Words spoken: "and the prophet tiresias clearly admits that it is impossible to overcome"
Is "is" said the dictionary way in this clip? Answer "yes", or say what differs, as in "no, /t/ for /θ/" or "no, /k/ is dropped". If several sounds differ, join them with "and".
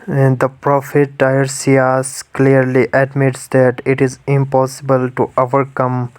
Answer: yes